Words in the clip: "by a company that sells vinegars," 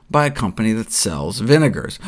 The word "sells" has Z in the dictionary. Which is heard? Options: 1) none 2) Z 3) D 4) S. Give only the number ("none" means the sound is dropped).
2